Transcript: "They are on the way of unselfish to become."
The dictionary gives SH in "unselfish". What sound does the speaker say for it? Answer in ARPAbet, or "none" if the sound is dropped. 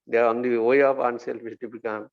S